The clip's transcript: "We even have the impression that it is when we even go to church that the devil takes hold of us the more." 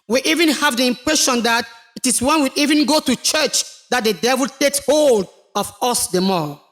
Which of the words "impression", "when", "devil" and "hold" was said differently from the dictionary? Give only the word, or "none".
none